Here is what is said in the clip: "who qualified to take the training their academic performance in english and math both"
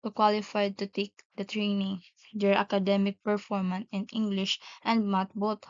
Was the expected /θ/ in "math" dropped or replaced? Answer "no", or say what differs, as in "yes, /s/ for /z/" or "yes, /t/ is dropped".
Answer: yes, /t/ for /θ/